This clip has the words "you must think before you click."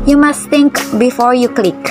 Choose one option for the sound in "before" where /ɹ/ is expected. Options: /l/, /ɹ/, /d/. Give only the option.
/ɹ/